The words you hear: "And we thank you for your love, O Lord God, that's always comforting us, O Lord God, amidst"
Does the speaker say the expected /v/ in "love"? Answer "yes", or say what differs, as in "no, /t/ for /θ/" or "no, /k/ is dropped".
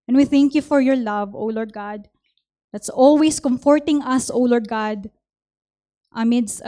yes